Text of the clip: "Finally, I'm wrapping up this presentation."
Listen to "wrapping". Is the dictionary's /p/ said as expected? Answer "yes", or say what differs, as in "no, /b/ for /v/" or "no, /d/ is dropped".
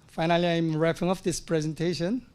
no, /f/ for /p/